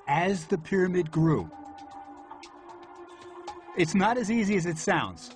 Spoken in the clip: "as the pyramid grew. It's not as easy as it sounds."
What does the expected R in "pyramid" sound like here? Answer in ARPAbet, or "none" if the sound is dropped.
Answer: R